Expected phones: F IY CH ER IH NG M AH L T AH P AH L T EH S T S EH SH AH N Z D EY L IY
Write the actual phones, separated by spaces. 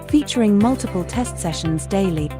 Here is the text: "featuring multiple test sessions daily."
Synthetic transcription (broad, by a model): F IY CH ER IH NG M AH L T AH P AH L T EH S T S EH SH AH N Z D EY L IY